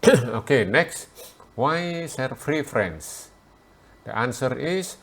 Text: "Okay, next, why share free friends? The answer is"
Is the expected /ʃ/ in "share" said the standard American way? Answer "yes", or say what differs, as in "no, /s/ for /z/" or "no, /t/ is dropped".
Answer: no, /s/ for /ʃ/